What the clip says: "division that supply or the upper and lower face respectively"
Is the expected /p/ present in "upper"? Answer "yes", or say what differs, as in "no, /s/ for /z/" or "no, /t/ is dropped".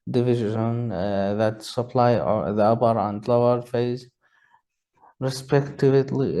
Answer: no, /b/ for /p/